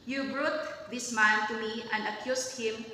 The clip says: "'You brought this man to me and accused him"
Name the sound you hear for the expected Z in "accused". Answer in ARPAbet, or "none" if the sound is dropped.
S